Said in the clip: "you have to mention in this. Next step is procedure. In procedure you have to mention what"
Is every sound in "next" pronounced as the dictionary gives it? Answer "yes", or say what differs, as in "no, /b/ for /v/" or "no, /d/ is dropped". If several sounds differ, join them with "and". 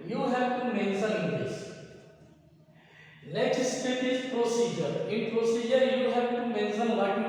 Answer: no, /l/ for /n/